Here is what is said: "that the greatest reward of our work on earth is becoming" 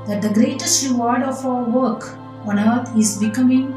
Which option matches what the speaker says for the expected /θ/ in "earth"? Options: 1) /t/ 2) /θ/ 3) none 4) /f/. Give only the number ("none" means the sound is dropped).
1